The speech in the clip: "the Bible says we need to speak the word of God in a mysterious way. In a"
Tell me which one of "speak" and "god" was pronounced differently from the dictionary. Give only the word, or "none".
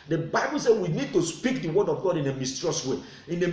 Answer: none